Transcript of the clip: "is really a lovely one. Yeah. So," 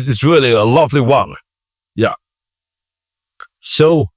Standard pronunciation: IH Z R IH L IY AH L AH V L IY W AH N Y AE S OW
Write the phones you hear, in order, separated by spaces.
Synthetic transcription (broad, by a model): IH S R IH L IY AH L AH V L IY W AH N Y AE S OW